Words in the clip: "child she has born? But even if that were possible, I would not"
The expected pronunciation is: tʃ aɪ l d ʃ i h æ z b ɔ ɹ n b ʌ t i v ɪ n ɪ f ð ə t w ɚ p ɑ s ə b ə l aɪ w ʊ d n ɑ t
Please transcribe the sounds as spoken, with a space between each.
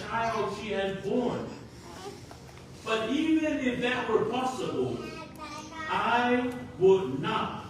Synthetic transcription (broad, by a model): aɪ l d ʃ i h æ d b ɔ ɹ n b ʌ t i v ɪ n ɪ f ð ə t w ɚ p ɑ s ə b ə l aɪ w ʊ d n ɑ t